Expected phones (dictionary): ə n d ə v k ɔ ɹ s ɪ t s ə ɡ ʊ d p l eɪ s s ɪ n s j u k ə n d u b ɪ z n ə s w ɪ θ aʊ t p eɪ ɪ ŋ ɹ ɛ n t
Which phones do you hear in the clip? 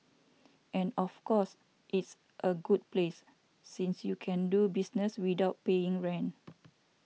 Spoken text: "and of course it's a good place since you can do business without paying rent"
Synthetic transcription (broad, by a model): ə n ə f k ɔ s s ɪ t s ə ɡ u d p l eɪ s s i n s j u k ə n d u b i s n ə s w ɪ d aʊ t p eɪ ɪ ŋ ɹ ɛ n